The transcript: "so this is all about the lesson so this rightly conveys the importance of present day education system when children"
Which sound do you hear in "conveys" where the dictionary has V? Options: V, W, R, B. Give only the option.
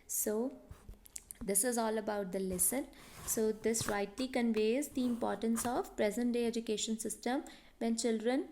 V